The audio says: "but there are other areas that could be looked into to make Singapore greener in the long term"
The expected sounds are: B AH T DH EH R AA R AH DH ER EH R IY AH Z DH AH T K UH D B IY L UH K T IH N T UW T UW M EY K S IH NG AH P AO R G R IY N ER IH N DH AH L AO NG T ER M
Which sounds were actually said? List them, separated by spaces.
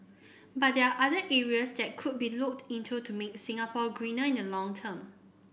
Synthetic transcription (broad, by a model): B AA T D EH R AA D AH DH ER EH R IY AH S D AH T K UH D B IY L UH K T IH N T UW T UW M EY K S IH NG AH P AO G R IY N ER IH N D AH L AO NG T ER M